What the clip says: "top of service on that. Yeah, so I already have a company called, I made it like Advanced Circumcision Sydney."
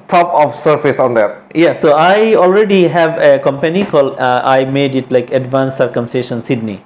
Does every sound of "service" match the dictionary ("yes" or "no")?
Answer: no